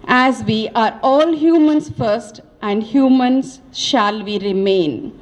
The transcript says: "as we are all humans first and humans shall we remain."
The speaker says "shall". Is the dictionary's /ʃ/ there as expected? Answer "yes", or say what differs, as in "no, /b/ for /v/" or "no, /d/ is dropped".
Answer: yes